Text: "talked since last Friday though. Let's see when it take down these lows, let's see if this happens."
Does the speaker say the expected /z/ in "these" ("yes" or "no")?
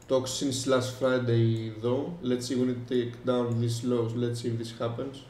no